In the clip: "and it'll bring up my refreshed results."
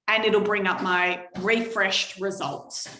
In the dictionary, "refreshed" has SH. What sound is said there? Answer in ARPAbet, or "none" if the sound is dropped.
SH